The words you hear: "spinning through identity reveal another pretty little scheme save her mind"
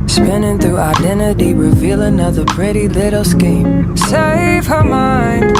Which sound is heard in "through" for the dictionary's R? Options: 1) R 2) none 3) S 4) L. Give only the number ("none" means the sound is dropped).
2